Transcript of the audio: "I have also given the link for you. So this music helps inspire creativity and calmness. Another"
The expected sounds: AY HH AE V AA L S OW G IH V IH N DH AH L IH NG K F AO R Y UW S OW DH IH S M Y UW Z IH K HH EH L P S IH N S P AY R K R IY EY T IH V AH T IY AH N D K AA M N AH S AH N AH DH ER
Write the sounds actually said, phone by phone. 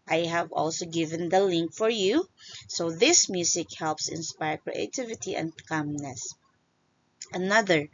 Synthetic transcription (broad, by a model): AY HH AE V AA L S OW G IH V IH N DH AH L IH NG K F AO R Y UW S OW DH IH S M Y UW S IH K HH EH L P S IH N S P AY R K R IY EY T IH V AH T IY AH N D K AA M N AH S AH N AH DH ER